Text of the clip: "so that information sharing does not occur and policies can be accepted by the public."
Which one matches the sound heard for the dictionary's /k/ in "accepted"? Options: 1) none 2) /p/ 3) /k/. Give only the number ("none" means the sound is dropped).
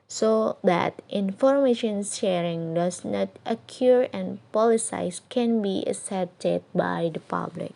1